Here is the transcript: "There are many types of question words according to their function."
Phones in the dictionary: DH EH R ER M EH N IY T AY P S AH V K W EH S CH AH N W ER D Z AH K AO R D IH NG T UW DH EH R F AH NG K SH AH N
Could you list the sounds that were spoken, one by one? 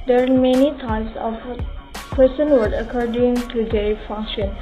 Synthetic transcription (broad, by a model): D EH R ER M EH N IY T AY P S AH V K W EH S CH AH N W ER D AH K AO R D IH NG T UW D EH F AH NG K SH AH N